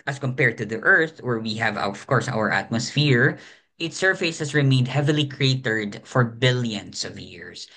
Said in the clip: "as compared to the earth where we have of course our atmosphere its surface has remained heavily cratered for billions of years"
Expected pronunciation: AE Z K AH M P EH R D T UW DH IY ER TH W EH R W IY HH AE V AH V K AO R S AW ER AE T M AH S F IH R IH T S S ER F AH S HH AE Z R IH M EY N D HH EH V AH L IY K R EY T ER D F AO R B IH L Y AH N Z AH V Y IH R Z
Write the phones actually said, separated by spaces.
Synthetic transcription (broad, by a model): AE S K AH M P EH R D T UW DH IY ER TH W EH R W IY HH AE V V K AO R S AW ER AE T M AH S F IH R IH T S S ER F AH S HH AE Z R IH M EY N D HH EH V AH L IY K R EY T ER D F AO R B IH L Y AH N S AH V Y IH R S